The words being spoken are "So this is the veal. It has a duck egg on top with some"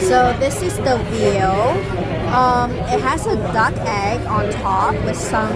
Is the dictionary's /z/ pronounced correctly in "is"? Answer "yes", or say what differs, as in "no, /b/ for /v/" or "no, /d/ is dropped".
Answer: yes